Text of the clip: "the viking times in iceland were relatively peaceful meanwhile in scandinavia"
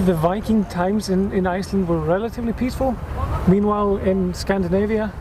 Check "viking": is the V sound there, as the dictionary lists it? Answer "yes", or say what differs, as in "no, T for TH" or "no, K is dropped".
yes